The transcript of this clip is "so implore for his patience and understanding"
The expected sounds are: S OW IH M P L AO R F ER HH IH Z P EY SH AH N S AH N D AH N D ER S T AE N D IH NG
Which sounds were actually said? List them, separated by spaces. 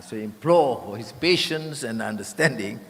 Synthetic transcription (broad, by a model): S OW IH M P L AO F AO HH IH S P EY SH AH N S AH N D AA N D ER S T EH N D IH NG